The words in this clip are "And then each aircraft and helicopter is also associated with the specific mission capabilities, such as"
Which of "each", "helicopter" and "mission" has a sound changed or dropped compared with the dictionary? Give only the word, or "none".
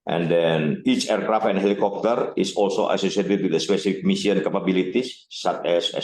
mission